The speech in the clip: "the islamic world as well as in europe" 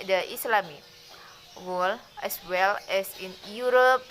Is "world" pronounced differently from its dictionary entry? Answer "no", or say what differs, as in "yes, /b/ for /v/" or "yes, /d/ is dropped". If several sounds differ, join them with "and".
yes, /d/ is dropped